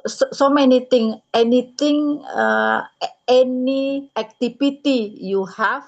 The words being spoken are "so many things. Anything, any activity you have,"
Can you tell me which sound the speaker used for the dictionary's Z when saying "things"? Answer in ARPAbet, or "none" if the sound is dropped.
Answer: none